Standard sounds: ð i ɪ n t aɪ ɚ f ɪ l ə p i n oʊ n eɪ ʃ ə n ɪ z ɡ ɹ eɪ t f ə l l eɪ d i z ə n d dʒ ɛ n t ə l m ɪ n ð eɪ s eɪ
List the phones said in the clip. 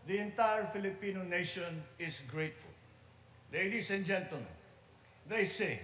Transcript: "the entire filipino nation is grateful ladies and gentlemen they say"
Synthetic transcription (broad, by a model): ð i ɪ n t aɪ ɚ f ɪ l ə p i n oʊ n eɪ ʃ ə n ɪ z ɡ ɹ eɪ t f ə l l eɪ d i s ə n dʒ ɛ n t ə l m ɪ n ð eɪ s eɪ